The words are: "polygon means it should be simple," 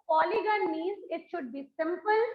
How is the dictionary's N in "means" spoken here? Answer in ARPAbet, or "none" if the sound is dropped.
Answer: none